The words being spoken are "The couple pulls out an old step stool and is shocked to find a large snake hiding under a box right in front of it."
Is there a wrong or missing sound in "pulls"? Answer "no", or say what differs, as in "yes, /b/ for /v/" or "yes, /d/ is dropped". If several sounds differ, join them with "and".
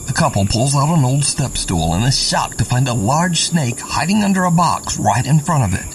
no